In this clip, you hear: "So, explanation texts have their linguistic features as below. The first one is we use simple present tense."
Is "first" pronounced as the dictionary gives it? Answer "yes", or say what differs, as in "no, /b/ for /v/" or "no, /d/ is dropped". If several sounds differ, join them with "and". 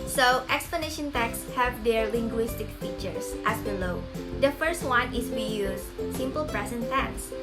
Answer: yes